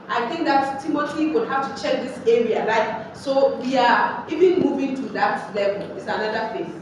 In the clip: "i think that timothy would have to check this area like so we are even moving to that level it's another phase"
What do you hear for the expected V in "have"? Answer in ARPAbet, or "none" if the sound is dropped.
F